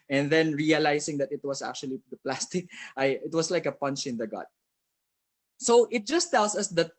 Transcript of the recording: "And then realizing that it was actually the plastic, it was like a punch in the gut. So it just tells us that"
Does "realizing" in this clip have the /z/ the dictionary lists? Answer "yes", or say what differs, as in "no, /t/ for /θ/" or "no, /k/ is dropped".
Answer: no, /s/ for /z/